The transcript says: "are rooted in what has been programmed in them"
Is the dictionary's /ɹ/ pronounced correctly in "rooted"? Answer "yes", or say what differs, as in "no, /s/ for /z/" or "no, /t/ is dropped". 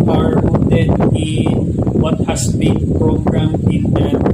no, /w/ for /ɹ/